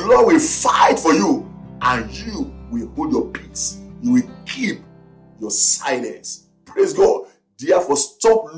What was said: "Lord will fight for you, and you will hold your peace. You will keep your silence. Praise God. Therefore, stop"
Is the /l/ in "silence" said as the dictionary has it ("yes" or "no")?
no